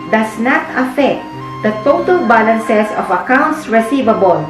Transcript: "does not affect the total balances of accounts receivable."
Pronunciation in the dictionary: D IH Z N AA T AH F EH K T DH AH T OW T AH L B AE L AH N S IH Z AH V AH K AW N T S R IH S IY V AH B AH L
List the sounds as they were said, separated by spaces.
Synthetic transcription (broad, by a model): D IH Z N AA T AH F EH K T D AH T OW T AH L B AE L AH N S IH S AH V AH K AW N T S R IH S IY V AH B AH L